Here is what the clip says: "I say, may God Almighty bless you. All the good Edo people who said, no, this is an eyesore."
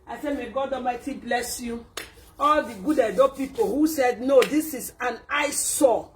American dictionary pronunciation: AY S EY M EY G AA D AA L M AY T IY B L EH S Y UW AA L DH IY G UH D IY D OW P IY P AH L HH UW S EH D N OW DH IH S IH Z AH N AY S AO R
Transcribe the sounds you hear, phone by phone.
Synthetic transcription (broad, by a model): AY S EY M EY G AA D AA M AY T IY B L EH S Y UW AA L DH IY G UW D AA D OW P IY P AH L HH UW S EH D N OW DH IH S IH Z AH N AY S AO